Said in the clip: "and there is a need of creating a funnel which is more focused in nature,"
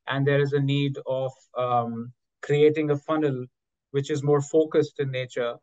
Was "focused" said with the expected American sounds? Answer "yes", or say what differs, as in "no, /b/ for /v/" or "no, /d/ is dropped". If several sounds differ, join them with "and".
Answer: yes